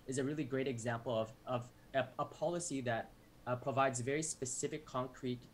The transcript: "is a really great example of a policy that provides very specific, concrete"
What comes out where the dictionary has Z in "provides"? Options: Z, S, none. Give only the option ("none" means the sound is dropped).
Z